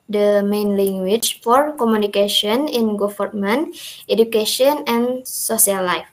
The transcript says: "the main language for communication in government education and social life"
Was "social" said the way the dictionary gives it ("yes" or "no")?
no